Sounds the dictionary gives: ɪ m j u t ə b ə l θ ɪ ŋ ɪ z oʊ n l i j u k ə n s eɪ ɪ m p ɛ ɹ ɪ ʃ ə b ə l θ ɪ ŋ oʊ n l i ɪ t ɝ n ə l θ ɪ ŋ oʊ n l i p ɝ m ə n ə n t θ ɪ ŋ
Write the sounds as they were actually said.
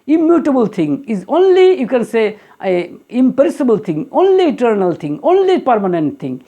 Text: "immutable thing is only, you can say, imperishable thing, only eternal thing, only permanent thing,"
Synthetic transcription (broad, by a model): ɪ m j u t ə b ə l t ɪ ŋ ɪ z oʊ n l i j u k ə n s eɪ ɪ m p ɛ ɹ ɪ s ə b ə l t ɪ ŋ oʊ n l i ɪ t ɝ n ə l t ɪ ŋ oʊ n l i p ɝ m ə n ə n t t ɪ ŋ